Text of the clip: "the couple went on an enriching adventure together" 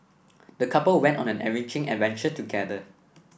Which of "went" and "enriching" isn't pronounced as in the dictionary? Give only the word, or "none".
enriching